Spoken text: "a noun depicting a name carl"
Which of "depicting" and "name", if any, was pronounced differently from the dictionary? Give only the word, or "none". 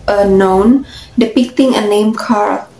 none